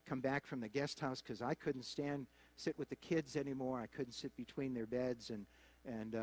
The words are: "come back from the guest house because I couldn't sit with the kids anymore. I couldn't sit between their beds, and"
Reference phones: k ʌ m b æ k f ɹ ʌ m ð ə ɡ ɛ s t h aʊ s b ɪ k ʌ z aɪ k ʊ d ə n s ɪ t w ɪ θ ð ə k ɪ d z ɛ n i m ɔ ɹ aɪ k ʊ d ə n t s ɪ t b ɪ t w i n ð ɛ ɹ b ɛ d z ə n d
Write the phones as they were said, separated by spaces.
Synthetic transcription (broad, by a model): k ʌ m b æ k f ɹ ʌ m ð ə ɡ ɛ s t h aʊ s k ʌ z aɪ k ʊ d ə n s ɪ t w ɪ ð ə k ɪ d z ɛ n i m ɔ ɹ aɪ k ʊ d n t s ɪ t b ɪ t w i n ð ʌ ɹ b ɛ d z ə n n